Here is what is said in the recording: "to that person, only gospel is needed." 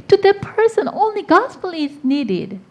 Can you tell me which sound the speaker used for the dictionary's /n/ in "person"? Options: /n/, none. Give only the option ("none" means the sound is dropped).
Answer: /n/